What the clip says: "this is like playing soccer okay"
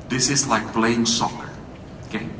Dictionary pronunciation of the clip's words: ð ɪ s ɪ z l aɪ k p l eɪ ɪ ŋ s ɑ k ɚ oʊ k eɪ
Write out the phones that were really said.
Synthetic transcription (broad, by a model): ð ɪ s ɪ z l aɪ k b l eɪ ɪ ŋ s ɑ k ɚ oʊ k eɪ